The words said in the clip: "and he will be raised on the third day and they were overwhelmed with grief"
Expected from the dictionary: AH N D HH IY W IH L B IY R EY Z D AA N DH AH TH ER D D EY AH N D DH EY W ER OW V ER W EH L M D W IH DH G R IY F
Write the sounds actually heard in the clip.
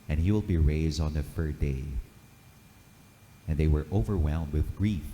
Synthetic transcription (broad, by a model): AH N HH IY W IH L B IY R EY Z D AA N DH AH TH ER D D EY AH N DH EY W ER OW V ER W EH L M D W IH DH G R IY F